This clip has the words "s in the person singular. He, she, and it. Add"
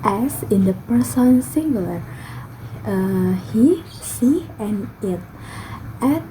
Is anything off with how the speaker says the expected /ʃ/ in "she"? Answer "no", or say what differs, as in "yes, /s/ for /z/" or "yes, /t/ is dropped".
yes, /s/ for /ʃ/